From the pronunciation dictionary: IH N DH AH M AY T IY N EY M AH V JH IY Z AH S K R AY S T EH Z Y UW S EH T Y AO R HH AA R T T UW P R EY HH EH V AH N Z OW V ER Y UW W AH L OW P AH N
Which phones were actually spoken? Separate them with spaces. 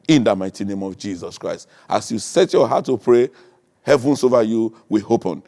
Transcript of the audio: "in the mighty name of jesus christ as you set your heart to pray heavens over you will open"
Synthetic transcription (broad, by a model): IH N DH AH M AY T IY N EY M AH V JH IY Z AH S K R AY S T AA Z Y UW S EH T Y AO HH AA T T UW P R EY HH EH V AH N S OW V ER Y UW W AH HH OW P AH N